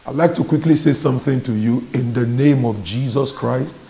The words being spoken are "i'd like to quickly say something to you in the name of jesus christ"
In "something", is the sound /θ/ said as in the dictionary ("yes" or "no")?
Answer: yes